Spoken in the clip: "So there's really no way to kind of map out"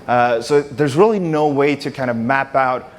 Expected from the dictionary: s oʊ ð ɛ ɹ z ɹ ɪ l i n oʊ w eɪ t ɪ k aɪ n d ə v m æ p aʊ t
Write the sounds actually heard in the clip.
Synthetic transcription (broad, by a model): s oʊ ð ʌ ɹ z ɹ ɪ l i n oʊ w eɪ t ɪ k aɪ n d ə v m æ p aʊ t